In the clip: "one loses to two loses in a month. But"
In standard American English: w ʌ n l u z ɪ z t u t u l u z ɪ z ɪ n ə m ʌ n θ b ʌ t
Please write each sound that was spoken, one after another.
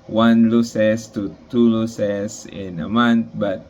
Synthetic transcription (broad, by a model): w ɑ n l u s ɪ s t u t u l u s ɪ s ɪ n ə m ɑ n t b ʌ t